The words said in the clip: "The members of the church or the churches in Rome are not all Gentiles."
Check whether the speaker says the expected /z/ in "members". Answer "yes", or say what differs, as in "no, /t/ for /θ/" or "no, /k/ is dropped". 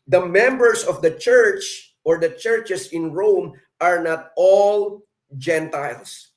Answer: no, /s/ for /z/